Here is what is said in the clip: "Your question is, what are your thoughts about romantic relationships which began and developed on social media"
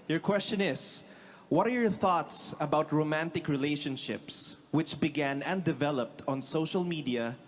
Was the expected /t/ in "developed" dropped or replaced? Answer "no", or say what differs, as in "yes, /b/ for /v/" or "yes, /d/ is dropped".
no